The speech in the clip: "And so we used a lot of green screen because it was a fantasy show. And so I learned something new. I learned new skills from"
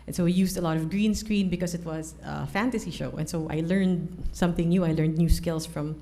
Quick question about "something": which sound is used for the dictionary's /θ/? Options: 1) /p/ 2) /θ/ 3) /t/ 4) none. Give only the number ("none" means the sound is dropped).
2